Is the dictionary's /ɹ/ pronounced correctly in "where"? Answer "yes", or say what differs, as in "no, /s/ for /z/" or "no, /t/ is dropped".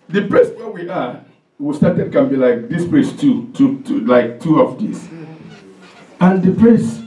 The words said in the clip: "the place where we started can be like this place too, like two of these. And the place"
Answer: no, /w/ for /ɹ/